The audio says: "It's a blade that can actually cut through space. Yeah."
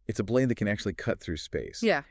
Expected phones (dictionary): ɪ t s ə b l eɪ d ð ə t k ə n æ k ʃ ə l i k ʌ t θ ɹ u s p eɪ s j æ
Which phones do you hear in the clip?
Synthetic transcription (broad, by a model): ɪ t s ə b l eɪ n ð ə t k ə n æ k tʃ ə l i k ʌ t θ ɹ u s p eɪ s j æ